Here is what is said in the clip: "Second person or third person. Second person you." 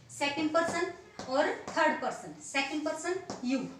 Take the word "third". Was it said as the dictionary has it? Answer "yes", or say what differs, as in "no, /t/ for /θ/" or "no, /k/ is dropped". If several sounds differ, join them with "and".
no, /t/ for /θ/